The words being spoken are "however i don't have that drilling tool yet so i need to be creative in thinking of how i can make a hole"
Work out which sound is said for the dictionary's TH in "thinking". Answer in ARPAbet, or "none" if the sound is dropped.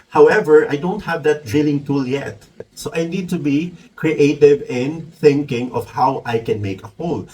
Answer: TH